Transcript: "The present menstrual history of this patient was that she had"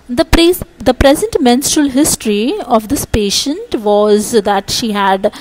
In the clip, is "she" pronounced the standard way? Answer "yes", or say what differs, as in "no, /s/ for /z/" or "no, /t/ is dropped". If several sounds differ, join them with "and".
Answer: yes